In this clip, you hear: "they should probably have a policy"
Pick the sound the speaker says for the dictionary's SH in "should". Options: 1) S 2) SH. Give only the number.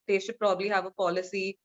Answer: 1